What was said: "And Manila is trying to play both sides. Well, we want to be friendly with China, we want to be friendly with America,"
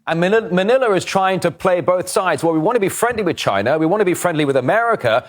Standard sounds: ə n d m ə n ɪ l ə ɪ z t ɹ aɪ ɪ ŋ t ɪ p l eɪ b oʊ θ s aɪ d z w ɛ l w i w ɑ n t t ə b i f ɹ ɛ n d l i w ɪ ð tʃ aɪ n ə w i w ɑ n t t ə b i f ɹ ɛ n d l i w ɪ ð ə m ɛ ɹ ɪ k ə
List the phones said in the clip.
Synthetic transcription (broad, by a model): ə n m m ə n ɪ l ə ɪ z t ɹ aɪ ɪ ŋ t ɪ p l eɪ b oʊ θ s aɪ d z w ɛ l w i w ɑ n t t ə b i f ɹ ɛ n d l i w ɪ ð tʃ aɪ n ə w i w ɑ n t t ə b i f ɹ ɛ n d l i w ɪ ð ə m ɛ ɹ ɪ k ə